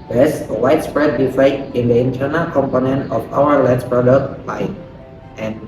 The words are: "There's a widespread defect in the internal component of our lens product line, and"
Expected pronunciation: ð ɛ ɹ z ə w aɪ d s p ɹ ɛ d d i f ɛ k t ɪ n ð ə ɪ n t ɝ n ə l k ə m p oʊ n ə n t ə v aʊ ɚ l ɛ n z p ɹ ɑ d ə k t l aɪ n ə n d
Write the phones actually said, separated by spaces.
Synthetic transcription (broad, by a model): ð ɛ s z ə w aɪ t s p ɹ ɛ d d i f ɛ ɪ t ɪ n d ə ɪ n t ɝ n ə l k ə m p oʊ n ə n t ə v aʊ ɚ l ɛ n s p ɹ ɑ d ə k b aɪ ə n